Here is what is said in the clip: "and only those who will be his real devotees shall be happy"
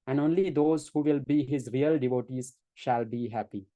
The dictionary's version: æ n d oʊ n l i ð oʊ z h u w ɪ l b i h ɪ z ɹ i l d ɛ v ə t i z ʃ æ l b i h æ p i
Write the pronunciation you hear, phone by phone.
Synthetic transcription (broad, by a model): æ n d oʊ n l i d oʊ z h u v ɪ l b i h ɪ z ɹ i l d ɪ v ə t i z ʃ æ l b i h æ p i